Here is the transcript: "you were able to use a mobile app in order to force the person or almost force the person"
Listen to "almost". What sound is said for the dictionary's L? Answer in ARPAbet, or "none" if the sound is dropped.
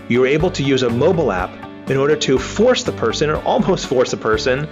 L